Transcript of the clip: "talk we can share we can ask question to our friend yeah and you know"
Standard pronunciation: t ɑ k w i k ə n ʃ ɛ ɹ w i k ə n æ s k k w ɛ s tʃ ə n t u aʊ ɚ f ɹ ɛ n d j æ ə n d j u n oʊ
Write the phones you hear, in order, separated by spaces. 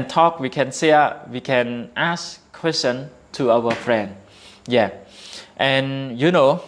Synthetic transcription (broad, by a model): t ɑ k w i k ə n s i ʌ w i k ə n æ s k k w ɛ s tʃ ə n t u aʊ ɚ f ɹ ɛ n d j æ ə n j u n oʊ